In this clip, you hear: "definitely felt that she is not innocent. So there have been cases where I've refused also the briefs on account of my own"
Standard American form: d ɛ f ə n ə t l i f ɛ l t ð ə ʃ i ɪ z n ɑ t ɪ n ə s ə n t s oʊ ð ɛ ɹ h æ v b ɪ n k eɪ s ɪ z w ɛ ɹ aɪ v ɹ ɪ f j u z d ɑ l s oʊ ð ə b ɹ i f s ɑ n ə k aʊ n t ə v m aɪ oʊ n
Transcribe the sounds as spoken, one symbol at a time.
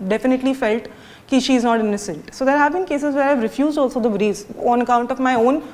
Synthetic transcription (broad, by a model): d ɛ f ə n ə t l i f ɛ l t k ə ʃ i ɪ z n ɑ t ɪ n ə s ə n t s oʊ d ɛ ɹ h æ v b ɪ n k eɪ s ɪ z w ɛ ɹ aɪ v ɹ ɪ f j u z d ɑ l s oʊ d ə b ɹ i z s ɑ n ə k aʊ n t ə v m aɪ oʊ n